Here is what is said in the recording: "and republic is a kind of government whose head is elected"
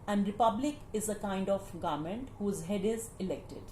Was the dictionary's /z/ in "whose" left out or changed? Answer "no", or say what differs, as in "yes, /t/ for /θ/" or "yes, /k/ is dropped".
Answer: no